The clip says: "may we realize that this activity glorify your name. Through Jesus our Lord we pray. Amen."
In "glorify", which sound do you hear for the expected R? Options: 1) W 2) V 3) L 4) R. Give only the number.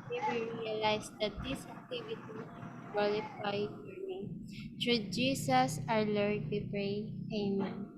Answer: 3